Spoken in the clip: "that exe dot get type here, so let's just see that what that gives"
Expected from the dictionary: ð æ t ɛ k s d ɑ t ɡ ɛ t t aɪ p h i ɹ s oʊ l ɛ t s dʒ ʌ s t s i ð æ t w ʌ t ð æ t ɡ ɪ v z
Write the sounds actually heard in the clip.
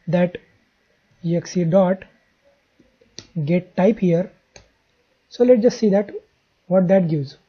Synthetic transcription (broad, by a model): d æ t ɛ k s d ɑ t ɡ ɛ t t aɪ p h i ɹ s oʊ l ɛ t dʒ ʌ s t s i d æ t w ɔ t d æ t ɡ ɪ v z